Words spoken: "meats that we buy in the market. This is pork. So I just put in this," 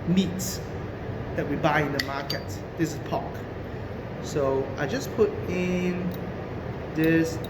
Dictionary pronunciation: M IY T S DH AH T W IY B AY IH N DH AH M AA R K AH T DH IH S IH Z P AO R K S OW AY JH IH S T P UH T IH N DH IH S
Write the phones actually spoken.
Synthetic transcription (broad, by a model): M IY T S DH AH T W IY B AY IH N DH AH M AA K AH T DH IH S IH S P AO K S OW AY JH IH S P UH T IH N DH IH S